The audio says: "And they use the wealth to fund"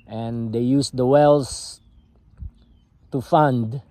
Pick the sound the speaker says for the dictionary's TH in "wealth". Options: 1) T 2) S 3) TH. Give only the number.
2